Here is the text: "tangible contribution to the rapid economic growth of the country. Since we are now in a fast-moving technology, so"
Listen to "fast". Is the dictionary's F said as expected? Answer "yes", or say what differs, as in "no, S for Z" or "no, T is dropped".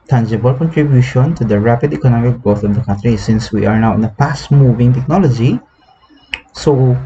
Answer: no, P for F